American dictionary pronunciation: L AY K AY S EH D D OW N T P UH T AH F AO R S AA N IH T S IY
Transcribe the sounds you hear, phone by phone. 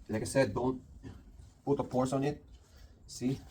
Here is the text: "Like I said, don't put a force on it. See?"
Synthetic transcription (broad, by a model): L AY K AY S EH D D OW N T P UH T AH P AO R S AA N IH T S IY